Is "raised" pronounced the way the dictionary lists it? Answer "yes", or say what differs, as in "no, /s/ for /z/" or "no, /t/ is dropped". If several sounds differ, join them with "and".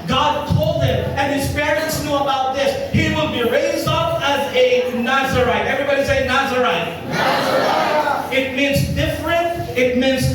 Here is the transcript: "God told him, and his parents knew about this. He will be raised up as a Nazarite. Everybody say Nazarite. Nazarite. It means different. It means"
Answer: yes